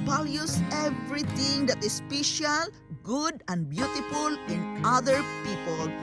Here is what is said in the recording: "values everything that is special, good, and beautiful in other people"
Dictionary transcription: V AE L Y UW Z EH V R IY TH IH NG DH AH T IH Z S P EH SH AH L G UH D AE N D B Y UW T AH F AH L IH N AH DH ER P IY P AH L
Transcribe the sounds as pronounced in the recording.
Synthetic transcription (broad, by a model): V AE L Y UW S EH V R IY T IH NG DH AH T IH S P EH SH AH L G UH D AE N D B Y UW T AH F AH L IH N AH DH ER P IY P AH L